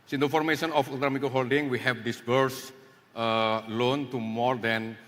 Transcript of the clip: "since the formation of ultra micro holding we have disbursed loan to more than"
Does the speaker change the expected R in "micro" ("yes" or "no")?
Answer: yes